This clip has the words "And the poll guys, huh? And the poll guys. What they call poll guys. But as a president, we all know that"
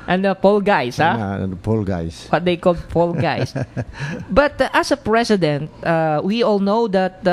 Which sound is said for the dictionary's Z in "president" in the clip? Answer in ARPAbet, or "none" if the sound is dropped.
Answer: S